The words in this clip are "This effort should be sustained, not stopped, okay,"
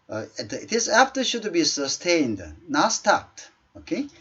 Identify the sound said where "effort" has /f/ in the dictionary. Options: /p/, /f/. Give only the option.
/p/